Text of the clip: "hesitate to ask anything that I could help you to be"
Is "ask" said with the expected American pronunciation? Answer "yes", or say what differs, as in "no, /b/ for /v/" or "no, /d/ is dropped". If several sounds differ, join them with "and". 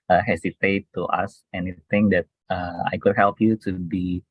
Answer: no, /k/ is dropped